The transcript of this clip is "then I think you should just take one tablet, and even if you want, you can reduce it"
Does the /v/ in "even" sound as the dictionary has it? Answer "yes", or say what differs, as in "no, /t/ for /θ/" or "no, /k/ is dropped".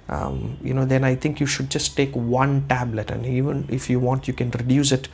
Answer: yes